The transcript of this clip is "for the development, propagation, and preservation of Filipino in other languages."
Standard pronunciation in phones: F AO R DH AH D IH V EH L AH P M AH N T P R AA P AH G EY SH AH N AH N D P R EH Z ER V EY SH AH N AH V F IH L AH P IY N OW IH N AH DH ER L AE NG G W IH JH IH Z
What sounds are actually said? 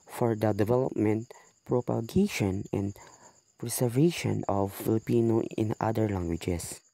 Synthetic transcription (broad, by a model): F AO R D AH D IH V EH L AH P M AH N T P R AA P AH G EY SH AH N AH N D P R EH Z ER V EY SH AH N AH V F IH L AH P IY N OW IH N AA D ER L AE NG G W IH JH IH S